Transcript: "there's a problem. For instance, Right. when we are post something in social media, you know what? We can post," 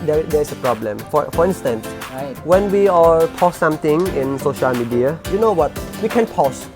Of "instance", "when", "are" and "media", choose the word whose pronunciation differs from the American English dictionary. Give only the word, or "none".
are